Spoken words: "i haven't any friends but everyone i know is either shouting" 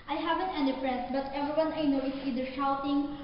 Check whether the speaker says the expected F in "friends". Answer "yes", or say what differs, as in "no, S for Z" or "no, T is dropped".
no, P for F